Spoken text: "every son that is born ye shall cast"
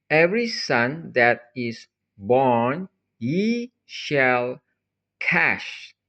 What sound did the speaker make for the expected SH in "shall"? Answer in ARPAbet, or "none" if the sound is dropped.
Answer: SH